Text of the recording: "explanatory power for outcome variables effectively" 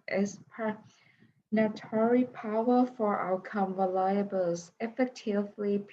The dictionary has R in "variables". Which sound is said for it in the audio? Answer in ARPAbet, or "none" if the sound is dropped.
L